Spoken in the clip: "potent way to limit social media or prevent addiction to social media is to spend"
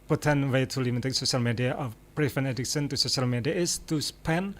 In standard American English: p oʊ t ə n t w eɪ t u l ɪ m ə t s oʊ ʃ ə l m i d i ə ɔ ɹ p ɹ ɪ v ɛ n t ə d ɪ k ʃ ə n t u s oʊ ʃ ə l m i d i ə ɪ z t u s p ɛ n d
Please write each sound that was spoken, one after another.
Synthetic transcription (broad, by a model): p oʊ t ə n w eɪ t u l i m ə t s oʊ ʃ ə l m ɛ d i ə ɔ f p ɹ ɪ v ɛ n ə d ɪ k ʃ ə n t u s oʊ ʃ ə l m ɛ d i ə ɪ s t u s p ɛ n